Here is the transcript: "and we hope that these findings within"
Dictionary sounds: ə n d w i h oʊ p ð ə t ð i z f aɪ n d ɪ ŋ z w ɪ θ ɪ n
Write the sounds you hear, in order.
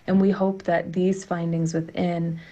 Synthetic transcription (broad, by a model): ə n w i h oʊ p ð ə t ð i z f aɪ n d ɪ ŋ z w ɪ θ ɪ n